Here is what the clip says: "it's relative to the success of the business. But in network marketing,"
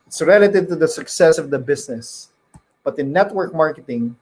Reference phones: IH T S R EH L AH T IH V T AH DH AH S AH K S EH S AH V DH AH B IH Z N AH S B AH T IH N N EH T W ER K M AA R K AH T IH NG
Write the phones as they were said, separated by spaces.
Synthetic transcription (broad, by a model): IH T S R EH L AH T IH V T AH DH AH S AH K S EH S AH V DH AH B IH S N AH S B AH T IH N N EH T W ER K M AA R K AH T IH NG